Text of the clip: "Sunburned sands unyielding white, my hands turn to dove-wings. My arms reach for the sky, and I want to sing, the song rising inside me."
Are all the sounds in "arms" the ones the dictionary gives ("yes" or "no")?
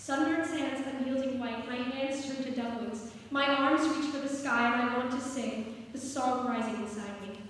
yes